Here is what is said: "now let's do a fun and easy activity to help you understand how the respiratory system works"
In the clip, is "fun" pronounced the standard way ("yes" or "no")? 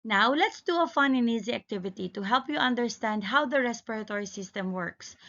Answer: yes